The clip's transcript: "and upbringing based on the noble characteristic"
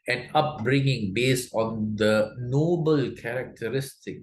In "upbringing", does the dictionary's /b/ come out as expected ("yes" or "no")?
yes